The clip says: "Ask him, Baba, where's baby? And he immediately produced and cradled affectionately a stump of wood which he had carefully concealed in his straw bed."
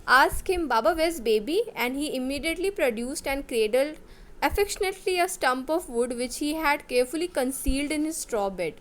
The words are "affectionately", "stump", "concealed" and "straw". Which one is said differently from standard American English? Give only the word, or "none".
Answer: none